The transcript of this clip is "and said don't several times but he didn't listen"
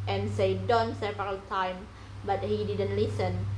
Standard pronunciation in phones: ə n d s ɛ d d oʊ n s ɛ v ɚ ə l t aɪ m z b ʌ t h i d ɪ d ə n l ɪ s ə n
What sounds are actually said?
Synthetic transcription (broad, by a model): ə n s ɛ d d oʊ n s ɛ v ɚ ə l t aɪ m b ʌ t h i d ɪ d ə n l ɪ s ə n